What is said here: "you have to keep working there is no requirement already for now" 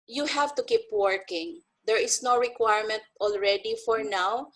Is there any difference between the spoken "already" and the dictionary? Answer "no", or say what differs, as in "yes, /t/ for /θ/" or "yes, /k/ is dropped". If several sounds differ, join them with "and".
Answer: no